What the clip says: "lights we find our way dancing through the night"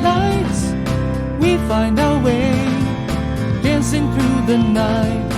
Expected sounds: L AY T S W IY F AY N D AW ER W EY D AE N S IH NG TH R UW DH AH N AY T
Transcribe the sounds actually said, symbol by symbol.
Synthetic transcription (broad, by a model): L AY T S W IY F AY N D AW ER W EY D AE N S IH NG TH R UW DH AH N AY T